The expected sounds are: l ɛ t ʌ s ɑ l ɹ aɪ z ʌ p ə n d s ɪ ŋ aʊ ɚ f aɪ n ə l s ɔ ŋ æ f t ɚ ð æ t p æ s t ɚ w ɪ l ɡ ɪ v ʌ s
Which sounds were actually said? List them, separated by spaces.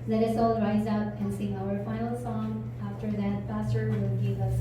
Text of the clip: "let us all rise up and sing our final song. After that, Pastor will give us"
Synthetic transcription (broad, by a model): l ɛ t ʌ s ɑ l ɹ aɪ z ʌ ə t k s ɪ ŋ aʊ ɚ f aɪ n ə l s ɔ ŋ æ f t ɚ ð æ t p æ s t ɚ w ɪ l ɡ ɪ v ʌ s